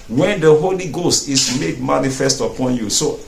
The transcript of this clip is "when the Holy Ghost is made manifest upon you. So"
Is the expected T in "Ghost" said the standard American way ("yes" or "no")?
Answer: yes